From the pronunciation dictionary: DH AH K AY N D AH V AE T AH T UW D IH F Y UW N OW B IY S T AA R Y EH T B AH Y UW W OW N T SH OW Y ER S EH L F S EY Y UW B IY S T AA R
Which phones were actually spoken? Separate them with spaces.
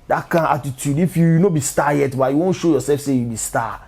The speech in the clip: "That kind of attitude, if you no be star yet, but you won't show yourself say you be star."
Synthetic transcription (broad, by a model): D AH K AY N AH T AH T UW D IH F Y UW N OW B IY S T AA Y EH T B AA Y UW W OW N SH OW Y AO S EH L F S EY Y UW B IY S T AA